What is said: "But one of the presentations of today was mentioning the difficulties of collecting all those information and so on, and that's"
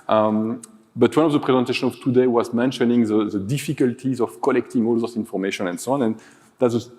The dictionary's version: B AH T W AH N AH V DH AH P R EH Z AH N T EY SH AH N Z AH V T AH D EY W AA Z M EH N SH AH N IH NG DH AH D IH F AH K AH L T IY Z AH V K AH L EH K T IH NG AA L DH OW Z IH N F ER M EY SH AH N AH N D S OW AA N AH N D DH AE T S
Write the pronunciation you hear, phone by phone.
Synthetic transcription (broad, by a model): B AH T W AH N AH V DH AH P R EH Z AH N T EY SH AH N AH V T AH D EY W AA Z M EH N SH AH N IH NG DH AH D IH F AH K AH L T IY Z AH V K AH L EH K T IH NG AA L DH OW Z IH N F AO M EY SH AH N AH N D S OW AA N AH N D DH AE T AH